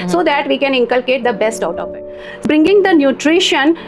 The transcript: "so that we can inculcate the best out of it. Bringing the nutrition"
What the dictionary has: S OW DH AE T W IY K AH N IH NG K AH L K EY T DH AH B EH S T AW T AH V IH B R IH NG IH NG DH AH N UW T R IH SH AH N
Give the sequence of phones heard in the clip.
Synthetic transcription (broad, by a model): S OW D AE T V IY K AH N IH NG K AH L K EY T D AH B EH S T AW T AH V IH B R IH NG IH NG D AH N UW T R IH SH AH N